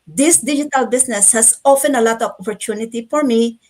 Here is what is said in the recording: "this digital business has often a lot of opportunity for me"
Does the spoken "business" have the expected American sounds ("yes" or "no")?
no